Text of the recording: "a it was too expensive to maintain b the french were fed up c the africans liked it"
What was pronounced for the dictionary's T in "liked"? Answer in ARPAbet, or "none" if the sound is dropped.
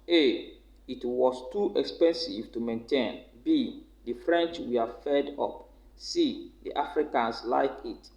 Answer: none